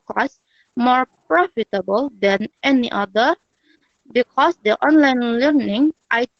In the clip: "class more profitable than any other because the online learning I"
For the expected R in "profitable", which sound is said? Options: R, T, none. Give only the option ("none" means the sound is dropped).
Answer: R